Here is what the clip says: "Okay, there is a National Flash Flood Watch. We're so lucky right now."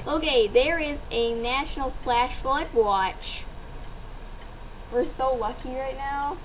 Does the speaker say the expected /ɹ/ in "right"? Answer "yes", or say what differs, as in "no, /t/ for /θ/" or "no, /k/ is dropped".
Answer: yes